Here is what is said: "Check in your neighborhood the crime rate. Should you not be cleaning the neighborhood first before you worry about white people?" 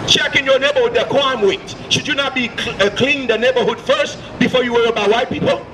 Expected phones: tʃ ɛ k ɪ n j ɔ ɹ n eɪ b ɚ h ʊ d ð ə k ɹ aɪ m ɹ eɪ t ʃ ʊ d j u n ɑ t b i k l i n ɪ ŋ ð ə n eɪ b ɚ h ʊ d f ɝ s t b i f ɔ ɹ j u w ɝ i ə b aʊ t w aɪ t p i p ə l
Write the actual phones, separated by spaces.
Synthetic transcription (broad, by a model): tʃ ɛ k ɪ n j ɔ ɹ n eɪ b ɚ h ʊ d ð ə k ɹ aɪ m w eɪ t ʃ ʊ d j u n ɑ t b i k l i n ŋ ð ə n eɪ b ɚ h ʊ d f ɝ s t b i f ɔ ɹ j u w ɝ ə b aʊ w aɪ t p i p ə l